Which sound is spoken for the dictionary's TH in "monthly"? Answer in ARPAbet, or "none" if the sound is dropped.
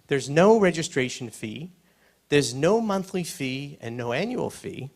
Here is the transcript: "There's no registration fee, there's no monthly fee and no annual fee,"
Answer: TH